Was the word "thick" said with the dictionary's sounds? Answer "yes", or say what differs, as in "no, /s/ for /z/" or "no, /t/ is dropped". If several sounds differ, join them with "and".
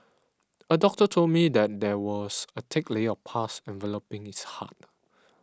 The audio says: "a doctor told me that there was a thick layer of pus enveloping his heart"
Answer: no, /t/ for /θ/